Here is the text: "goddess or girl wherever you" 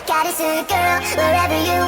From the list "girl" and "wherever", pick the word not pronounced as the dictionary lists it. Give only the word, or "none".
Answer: none